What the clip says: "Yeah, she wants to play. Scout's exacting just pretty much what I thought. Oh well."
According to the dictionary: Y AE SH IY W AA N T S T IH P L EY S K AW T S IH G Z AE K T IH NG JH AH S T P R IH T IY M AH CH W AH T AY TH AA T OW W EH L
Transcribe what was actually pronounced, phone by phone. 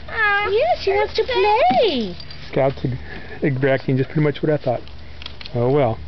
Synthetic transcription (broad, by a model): Y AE S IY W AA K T T IH P L EY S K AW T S IH G Z AE K T IH NG JH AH S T P R IH T IY M AH CH W AH T AY TH AA T OW W EH L